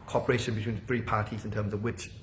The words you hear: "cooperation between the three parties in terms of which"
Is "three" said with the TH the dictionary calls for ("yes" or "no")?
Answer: yes